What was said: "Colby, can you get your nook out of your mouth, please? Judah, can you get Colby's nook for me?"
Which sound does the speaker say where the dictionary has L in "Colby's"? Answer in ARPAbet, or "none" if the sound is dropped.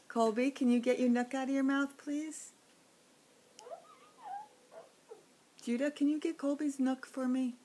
L